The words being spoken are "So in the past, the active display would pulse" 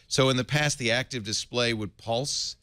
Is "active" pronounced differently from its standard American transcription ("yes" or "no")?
no